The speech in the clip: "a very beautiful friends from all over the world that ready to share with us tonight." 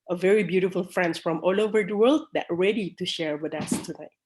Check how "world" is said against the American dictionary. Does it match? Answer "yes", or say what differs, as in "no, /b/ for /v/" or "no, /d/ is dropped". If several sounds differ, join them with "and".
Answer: yes